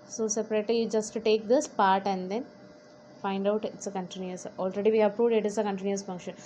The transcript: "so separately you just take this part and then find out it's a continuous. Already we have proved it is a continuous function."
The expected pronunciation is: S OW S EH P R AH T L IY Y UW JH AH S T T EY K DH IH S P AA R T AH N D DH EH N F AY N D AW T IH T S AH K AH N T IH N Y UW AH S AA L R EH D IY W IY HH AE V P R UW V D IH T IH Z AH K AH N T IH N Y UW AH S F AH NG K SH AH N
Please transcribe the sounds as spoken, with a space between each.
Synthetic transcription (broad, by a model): S OW S EH P R AH T L IY Y UW JH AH S T T EY K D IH S P AA R T AH N D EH N F AY N D AW T IH T S AH K AH N T IH N Y UW AH S AA L R EH D IY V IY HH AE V P R UW V D IH T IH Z AH K AH N T IH N Y UW AH S F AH NG K SH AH N